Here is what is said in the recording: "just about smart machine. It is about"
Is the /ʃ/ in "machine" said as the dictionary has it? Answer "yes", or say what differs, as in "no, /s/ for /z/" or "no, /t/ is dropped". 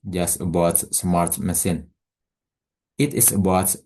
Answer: no, /s/ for /ʃ/